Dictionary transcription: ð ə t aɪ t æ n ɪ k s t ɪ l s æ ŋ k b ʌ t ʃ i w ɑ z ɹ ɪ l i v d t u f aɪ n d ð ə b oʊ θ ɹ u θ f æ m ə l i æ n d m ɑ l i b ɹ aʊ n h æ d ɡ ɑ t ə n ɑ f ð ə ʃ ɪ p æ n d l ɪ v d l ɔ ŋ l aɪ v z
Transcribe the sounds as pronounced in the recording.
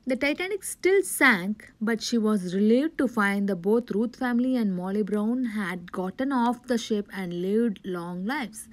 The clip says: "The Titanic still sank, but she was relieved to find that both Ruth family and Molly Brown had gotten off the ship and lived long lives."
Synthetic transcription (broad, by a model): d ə t aɪ t æ n ɪ k s t ɪ l s æ ŋ k b ʌ t ʃ i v ɑ z ɹ ɪ l i v d t u f aɪ n d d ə b oʊ t ɹ u t f æ m ə l i æ n d m ɑ l i b ɹ aʊ n h æ d ɡ ɑ t ə n ɑ f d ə ʃ ɪ p æ n d l ɪ v d l ɔ ŋ l aɪ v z